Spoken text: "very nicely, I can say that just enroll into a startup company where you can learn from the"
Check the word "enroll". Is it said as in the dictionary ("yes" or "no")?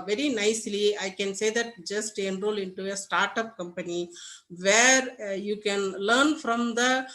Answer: yes